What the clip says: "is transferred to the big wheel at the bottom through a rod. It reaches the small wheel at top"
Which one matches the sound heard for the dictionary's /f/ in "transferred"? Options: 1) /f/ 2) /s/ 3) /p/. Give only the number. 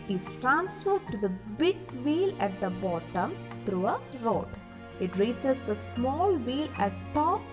1